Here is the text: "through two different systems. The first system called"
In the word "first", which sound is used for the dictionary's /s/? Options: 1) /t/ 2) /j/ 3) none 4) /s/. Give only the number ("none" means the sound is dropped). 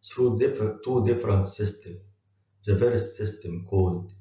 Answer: 3